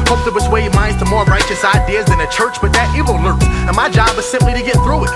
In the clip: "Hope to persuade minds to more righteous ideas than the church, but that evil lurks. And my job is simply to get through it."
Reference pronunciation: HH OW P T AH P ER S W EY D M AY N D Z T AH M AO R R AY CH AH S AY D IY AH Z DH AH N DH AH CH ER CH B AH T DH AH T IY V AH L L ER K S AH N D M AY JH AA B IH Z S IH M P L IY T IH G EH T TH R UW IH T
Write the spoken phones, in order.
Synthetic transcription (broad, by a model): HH OW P T AH P ER S W EY D M AY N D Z T AH M AO R R AY CH AH S AY D IY AH Z DH AH N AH CH ER CH B AH T DH AH T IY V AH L L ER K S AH N M AY JH AA B IH Z S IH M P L IY T IH G EH T TH R UW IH T